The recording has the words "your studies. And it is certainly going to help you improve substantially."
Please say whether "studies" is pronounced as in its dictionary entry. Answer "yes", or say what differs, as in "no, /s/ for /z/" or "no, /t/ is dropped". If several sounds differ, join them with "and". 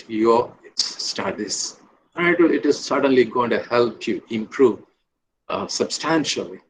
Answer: no, /z/ is dropped